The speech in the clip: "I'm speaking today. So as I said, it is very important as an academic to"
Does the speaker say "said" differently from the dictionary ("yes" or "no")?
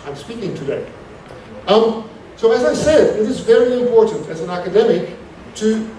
no